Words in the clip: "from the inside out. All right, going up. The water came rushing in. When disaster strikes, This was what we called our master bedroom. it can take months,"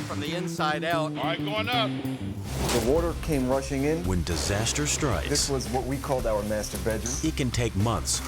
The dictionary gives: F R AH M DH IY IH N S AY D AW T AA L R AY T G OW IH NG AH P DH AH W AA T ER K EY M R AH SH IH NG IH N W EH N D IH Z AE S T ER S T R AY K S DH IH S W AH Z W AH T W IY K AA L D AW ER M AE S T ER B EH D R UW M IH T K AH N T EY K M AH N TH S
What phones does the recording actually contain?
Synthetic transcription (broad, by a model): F R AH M DH IY IH N S AY D AW T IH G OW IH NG AH P DH AH W AA T ER K EY M R AH SH IH NG IH N W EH N D IH Z AE S T ER S T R AY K DH IH S W AH Z W AH T W IY K AA L D AW ER M AE S T ER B EH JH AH IH T K AH N T EY K M AH N TH S